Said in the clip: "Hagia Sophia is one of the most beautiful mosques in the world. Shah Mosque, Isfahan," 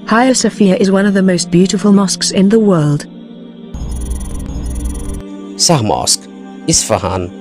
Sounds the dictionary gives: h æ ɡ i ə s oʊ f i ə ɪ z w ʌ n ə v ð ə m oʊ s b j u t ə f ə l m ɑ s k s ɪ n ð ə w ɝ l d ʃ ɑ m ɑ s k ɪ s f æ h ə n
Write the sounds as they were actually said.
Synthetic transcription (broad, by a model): h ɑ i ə s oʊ f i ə ɪ z w ʌ n ə v ð ə m oʊ s b j u t ə f ə l m ɑ s k s ɪ n ð ə w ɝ l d s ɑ m ɑ s k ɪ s f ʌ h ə n